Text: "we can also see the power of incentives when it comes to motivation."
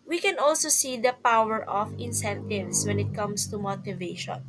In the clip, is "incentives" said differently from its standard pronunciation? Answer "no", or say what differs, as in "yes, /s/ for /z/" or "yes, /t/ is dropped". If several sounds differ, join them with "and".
yes, /s/ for /z/